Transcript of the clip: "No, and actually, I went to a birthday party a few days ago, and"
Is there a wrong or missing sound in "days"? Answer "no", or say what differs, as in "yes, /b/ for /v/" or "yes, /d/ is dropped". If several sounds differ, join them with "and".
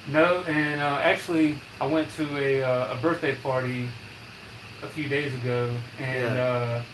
no